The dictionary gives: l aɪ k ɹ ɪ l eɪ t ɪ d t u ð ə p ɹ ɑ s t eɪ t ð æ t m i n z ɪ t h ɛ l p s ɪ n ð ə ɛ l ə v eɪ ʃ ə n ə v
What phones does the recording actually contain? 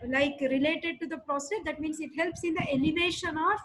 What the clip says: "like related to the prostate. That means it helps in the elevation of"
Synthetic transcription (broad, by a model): l aɪ k ɹ ɪ l eɪ t ɪ d t u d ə p ɹ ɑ s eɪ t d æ t m i n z ɪ t h ɛ l p s ɪ n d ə ɛ l ə v eɪ ʃ ə n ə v